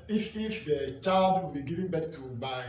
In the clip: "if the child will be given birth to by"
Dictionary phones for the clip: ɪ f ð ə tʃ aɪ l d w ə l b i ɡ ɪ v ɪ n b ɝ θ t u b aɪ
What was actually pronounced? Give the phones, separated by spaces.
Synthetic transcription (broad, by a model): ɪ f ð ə tʃ aɪ l d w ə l b i ɡ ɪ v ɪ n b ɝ t t u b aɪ